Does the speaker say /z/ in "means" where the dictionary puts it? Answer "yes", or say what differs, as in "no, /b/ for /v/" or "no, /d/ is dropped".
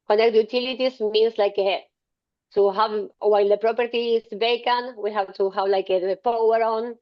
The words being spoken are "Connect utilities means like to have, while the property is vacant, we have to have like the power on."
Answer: no, /s/ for /z/